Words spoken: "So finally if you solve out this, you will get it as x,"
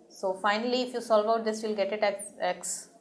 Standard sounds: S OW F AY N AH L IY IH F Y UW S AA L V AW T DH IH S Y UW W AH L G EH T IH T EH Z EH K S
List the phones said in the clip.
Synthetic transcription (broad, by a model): S OW F AY N AH L IY IH F Y UW S AA L V AW T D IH S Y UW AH L G EH T IH T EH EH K S